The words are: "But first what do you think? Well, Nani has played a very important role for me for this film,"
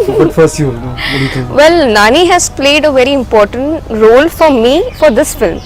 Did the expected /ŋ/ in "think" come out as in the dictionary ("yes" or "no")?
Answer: no